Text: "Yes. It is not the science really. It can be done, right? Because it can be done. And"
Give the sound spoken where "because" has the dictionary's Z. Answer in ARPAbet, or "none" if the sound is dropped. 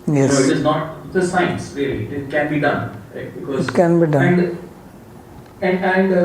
none